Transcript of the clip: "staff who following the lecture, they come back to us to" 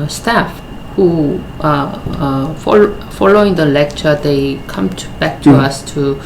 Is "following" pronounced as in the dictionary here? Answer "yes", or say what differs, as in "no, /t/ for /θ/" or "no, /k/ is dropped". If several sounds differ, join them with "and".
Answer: yes